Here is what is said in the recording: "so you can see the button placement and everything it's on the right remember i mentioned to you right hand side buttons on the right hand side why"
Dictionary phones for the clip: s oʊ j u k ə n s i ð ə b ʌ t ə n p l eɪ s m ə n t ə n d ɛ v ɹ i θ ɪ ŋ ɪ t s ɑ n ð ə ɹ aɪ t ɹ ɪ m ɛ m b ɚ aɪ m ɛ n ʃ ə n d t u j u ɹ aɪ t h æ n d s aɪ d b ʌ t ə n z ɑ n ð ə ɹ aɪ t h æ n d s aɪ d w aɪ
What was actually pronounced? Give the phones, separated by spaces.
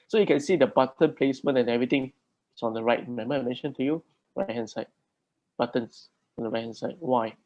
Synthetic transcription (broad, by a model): s oʊ j u k ə n s i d ə b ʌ t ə n p l eɪ s m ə n ə n ɛ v ɹ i t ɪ ŋ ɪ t s ɑ n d ə ɹ aɪ t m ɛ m ɚ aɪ m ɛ n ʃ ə n t u j u ɹ aɪ t h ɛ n s aɪ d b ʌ t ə n s ɑ n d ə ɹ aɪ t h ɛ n s aɪ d w aɪ